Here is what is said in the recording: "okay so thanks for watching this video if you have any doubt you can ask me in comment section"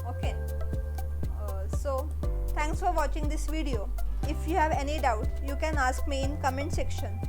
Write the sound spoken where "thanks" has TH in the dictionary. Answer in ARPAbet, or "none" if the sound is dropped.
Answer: T